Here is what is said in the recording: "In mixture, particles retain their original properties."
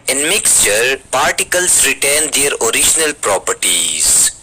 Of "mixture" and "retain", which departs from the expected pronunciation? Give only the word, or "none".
none